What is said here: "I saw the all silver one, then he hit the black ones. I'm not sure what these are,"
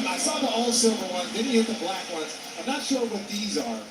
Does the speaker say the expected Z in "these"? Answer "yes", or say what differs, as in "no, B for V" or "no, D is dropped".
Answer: yes